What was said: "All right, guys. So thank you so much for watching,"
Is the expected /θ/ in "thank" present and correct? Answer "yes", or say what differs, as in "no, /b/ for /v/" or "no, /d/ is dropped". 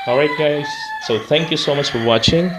yes